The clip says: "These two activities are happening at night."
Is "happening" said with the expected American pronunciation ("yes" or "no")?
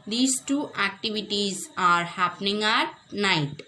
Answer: yes